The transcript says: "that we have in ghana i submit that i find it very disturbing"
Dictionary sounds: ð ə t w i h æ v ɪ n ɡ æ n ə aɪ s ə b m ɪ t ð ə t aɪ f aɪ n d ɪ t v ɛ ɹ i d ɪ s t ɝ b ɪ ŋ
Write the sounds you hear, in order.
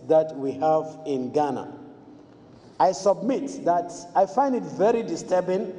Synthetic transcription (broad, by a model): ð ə t w i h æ v ɪ n ɡ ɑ n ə aɪ s ə b m ɪ t ð ə t aɪ f aɪ n d ɪ t v ɛ ɹ i d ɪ s t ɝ b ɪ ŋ